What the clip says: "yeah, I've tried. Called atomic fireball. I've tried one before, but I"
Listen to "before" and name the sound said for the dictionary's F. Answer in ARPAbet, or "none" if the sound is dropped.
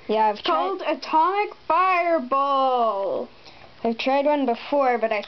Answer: F